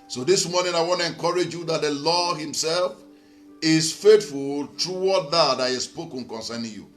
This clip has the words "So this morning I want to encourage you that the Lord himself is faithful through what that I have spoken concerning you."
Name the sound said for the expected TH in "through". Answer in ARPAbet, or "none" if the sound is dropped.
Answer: T